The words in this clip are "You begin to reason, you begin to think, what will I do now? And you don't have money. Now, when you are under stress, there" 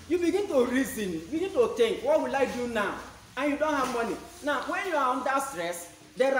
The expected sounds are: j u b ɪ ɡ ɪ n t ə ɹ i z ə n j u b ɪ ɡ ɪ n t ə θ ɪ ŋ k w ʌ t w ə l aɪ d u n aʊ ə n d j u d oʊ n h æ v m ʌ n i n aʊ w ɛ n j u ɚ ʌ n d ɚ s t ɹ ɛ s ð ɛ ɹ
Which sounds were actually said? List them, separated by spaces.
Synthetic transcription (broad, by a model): j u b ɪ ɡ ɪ n t ə ɹ i z ə n j u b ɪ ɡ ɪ n t ə t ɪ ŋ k w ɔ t w ə l aɪ d u n aʊ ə n j u d oʊ n h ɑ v m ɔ n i n aʊ w ɛ n j u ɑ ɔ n d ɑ s t ɹ ɛ s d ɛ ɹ